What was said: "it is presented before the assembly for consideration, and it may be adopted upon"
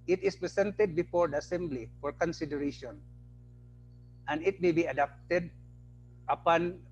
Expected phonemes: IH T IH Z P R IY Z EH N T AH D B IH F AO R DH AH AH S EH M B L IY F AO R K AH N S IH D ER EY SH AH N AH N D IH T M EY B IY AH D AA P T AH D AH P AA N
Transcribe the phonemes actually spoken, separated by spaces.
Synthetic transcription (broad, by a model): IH T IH S P R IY S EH N T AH D B IH F AO R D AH AH S EH M B L IY F AO R K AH N S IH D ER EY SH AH N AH N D IH T M EY B IY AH D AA P T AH D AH P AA N